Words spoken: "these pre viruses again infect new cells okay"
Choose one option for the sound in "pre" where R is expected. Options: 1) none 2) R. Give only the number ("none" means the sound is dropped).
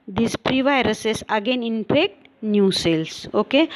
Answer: 2